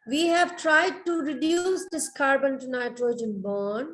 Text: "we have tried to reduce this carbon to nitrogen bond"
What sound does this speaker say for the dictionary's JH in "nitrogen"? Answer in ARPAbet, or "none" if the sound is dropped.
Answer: JH